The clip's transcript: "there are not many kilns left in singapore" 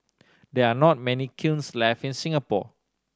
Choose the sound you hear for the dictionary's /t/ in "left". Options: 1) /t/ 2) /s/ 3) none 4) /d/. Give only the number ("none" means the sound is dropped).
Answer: 3